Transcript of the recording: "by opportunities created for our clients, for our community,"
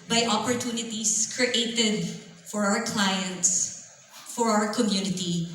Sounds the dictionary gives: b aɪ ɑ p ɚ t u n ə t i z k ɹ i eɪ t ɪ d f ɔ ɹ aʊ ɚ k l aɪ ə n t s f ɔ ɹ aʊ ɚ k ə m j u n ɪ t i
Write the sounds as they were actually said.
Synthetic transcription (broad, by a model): b aɪ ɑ p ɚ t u n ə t i s k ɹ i eɪ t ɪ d f ɔ ɹ aʊ ɚ k l aɪ ə n t s f ɔ ɹ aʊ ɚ k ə m j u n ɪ t i